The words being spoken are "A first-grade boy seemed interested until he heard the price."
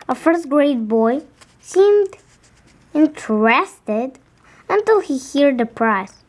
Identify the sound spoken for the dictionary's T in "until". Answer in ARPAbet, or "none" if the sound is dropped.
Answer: T